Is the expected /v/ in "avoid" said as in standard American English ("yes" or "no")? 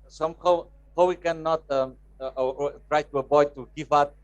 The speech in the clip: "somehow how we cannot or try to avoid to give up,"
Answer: no